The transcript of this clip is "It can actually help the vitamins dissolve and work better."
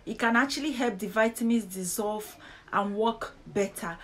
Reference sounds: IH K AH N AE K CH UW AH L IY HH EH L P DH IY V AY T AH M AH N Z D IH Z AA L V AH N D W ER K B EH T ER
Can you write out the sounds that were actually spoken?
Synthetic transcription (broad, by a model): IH K AH N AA K CH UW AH L IY HH EH L P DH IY V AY T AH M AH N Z D IH Z AA L V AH N W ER K B EH T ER